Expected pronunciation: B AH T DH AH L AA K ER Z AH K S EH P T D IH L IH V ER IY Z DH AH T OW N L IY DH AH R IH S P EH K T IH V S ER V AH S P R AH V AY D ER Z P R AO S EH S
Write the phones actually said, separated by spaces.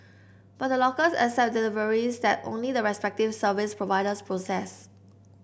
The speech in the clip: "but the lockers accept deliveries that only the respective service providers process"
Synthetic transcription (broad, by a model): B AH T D AH L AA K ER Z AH S EH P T D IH L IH V ER IY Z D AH T OW N L IY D AH R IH S P EH K T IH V S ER V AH S P R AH V AY D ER S P R AO S EH S